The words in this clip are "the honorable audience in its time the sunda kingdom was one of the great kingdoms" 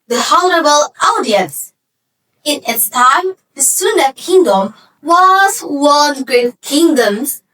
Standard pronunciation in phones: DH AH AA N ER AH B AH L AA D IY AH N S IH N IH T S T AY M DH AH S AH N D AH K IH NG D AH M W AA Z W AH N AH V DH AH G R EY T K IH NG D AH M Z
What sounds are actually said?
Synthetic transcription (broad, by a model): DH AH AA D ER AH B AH L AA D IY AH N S IH N IH T S T AY M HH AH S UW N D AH K IH NG D AH M W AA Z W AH AH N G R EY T K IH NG D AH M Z